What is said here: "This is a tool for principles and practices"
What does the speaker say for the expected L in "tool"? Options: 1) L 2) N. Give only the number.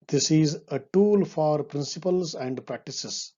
1